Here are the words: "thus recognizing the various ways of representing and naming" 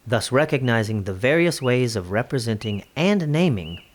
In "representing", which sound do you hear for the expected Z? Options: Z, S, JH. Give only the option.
Z